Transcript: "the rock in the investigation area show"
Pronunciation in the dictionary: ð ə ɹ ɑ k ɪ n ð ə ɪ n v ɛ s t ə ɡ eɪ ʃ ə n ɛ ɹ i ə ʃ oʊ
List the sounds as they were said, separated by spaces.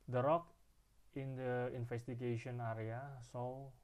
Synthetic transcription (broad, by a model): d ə ɹ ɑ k ɪ n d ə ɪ n f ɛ s t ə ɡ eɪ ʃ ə n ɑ ɹ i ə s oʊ